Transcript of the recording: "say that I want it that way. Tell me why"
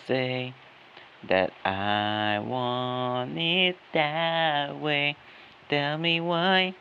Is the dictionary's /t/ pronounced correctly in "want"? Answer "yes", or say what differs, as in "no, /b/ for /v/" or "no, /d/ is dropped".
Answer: no, /t/ is dropped